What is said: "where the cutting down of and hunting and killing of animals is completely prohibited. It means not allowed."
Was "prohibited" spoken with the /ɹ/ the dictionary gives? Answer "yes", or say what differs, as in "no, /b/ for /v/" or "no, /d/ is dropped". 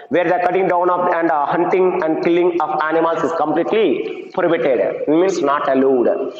no, /ɹ/ is dropped